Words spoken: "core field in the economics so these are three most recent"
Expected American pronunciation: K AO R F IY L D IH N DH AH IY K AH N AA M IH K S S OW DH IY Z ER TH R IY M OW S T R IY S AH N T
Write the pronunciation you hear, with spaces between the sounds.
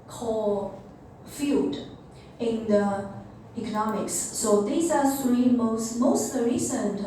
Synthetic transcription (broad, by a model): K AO F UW D IH N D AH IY K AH N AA M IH K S S OW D IY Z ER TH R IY M OW S T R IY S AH N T